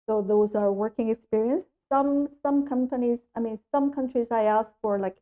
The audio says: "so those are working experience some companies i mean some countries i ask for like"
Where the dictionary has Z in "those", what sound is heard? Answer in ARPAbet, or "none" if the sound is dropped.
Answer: Z